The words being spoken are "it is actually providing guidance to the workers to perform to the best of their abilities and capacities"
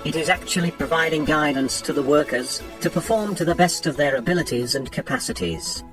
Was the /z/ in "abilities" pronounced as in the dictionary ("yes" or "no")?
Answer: yes